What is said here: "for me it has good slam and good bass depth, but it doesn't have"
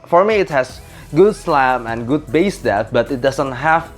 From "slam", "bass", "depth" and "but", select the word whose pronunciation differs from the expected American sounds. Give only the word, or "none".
depth